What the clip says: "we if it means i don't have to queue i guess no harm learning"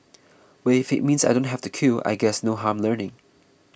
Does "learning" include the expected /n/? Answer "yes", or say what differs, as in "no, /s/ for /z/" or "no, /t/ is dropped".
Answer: yes